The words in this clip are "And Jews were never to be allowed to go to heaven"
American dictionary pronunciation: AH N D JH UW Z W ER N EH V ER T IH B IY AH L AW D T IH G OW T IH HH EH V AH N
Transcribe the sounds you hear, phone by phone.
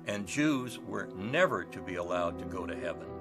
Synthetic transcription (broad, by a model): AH N JH UW Z W ER N EH V ER T IH B IY AH L AW D T IH G OW T IH HH EH V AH N